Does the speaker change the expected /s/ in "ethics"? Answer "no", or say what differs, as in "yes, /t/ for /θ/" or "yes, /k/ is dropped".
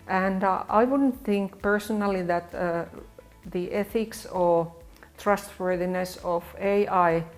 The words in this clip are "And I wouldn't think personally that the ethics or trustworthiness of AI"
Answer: no